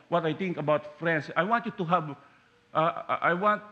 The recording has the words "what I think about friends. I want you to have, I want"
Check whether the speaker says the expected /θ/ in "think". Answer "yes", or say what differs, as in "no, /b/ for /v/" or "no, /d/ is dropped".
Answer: no, /t/ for /θ/